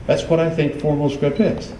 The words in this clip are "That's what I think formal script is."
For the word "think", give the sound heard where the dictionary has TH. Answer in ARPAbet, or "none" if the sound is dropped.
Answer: TH